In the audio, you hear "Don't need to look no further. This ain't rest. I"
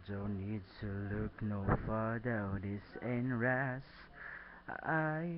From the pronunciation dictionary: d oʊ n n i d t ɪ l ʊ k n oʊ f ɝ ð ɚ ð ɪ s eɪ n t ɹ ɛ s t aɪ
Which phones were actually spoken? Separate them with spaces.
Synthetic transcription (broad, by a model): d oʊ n n i d t ɪ l ʊ k n oʊ f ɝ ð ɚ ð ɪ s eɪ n ɹ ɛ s aɪ